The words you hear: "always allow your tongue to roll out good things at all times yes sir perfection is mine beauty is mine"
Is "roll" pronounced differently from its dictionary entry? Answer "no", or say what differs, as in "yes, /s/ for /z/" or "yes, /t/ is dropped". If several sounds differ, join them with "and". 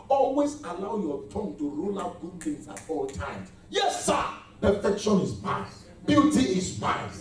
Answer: no